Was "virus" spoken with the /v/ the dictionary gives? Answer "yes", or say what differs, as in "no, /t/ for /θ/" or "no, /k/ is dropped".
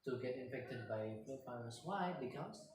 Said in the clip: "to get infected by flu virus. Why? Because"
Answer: no, /f/ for /v/